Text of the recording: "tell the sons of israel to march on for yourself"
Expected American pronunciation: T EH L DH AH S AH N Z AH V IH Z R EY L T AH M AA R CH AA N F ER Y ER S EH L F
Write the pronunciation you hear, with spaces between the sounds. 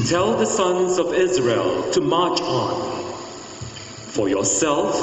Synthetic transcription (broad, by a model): T EH L DH AH S AH N Z AH V IH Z R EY L T AH M AA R CH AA N F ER Y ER S EH L F